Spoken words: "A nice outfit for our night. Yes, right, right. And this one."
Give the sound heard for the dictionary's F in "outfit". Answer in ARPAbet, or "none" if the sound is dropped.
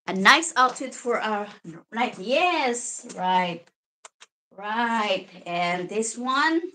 none